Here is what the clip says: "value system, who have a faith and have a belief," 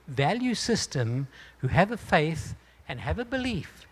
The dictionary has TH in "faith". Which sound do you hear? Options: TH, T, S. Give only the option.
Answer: TH